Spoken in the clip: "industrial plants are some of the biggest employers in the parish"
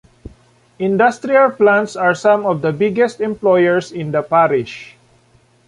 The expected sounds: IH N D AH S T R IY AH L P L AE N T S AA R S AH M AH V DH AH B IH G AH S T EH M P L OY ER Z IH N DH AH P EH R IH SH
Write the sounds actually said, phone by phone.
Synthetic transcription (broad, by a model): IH N D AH S T R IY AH L P L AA N T S AA R S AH M AH V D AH B IH G AH S T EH M P L OY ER S IH N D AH P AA R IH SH